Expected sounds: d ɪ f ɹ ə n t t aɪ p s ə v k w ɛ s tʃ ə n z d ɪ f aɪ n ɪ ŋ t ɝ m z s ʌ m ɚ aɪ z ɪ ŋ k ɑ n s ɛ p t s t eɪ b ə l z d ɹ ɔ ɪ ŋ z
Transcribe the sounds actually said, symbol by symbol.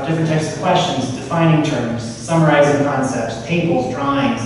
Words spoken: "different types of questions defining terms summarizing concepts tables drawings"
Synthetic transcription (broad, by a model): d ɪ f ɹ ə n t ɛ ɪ s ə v k w ɛ s tʃ ə n z d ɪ f aɪ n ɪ ŋ t ɝ m z s ʌ m ɚ aɪ z ɪ ŋ k ɑ n s ɛ p t s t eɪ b l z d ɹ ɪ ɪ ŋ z